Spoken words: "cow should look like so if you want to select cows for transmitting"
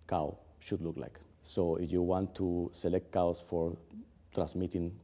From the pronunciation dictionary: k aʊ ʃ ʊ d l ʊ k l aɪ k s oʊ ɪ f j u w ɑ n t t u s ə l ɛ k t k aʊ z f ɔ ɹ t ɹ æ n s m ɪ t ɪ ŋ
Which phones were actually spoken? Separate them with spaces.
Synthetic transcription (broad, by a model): k aʊ ʃ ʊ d l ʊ k l aɪ k s oʊ ɪ f j u w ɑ n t t u s ə l ɛ k t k aʊ s f ɔ ɹ t ɹ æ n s m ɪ t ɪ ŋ